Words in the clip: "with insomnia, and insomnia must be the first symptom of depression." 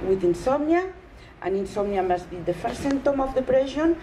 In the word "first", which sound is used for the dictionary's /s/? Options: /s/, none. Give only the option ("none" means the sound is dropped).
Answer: none